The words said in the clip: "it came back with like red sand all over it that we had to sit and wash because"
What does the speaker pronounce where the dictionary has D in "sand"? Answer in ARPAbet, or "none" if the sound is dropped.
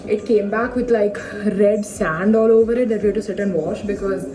D